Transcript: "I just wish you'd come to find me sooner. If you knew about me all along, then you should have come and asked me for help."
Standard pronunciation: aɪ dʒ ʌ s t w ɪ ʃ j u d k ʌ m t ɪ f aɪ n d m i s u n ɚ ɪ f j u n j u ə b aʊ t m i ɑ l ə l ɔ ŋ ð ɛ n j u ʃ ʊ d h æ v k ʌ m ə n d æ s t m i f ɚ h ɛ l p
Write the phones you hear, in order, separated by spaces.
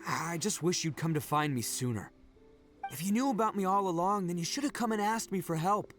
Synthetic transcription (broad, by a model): aɪ dʒ ʌ s t w ɪ ʃ j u d k ʌ m t ɪ f aɪ n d m i s u n ɚ ɪ f j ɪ n j u ə b aʊ t m i ɑ l ə l ɔ ŋ ð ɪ n j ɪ ʃ ʊ d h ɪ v k ʌ m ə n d æ s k m i f ɚ h ɛ l p